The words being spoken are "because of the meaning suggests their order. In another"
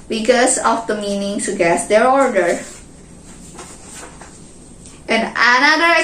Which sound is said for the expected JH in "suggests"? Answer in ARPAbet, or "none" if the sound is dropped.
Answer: none